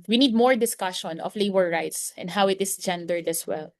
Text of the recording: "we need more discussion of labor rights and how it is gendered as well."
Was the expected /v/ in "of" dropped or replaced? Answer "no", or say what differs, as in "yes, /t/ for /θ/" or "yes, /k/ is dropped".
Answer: yes, /f/ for /v/